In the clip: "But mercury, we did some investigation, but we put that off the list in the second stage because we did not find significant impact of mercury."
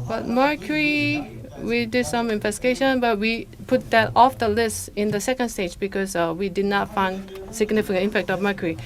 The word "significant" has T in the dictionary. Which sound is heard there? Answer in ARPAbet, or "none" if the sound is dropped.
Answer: none